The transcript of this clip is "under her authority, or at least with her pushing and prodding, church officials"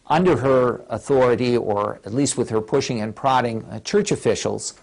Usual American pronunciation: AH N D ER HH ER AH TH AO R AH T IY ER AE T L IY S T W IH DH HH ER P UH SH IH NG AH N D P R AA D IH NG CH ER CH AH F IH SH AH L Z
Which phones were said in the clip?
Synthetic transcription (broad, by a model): AH N D ER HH ER AH TH AO R AH T IY ER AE T L IY S T W IH DH ER P UH SH IH NG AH N P R AA D IH NG CH ER CH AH F IH SH L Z